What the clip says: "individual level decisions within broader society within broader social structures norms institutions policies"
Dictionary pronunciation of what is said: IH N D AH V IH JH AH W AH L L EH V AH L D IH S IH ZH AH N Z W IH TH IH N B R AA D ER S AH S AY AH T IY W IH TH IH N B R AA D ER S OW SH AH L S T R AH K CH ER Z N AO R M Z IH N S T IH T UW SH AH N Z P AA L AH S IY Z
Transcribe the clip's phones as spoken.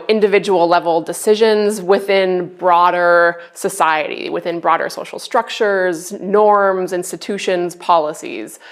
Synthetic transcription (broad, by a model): IH N D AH V IH JH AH W L L EH V L D IH S IH ZH AH N Z W IH TH IH N B R AA D ER S AH S AY AH T IY W IH TH IH N B R AA D ER S OW SH L S T R AH K CH ER Z N AO R M Z IH N S T IH T UW SH AH N Z P AA L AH S IY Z